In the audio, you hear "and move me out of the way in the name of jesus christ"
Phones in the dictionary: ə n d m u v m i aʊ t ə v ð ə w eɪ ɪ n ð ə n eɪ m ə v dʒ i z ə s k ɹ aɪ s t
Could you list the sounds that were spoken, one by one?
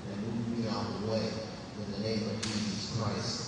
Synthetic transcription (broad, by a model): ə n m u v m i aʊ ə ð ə w eɪ ɪ n ð ə n eɪ m ə v dʒ i z ə s k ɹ aɪ s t